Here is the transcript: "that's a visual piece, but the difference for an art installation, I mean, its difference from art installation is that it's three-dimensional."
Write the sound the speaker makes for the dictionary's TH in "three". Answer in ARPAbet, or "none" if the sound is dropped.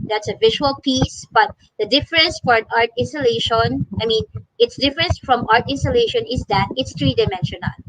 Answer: T